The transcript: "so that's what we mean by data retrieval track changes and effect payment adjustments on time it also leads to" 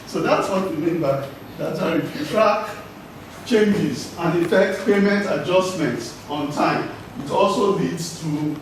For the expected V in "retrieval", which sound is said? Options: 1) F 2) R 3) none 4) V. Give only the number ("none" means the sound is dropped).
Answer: 1